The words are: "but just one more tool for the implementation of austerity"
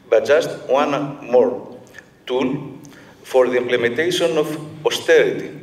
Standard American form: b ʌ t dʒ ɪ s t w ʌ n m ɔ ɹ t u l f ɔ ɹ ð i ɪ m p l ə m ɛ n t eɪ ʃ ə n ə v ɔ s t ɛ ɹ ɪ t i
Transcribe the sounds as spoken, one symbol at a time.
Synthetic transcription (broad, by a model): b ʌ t dʒ ɪ s t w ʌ n m ɔ ɹ t u l f ɔ ɹ ð i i m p l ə m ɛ n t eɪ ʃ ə n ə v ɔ s t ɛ ɹ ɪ t i